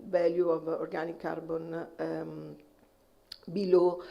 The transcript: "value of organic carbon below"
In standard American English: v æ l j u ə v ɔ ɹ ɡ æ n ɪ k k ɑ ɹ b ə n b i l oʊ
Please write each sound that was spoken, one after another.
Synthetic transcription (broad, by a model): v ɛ l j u ə v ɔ ɹ ɡ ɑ n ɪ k k ɑ ɹ b ə n b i l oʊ